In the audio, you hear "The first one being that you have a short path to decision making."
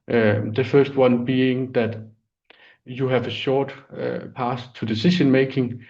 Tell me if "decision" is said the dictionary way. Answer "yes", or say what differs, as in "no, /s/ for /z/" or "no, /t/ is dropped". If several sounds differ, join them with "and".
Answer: no, /ʃ/ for /ʒ/